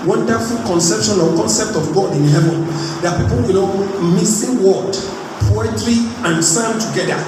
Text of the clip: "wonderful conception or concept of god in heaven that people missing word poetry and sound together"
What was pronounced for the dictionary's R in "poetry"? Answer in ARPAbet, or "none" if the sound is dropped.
L